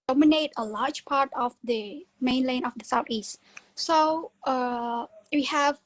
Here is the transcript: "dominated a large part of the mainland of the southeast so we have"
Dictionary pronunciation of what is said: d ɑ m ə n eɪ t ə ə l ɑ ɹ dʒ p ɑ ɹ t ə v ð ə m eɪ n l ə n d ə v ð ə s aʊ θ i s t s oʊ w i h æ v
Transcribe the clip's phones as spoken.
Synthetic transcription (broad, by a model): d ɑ m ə n eɪ t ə ə l ɑ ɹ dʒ p ɑ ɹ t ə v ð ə m eɪ n l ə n ə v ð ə s aʊ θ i s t s oʊ w i h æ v